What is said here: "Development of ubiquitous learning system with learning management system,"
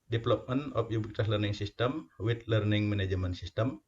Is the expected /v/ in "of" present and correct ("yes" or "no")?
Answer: no